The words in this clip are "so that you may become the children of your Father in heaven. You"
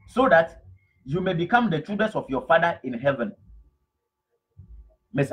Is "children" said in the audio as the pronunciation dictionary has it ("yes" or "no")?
no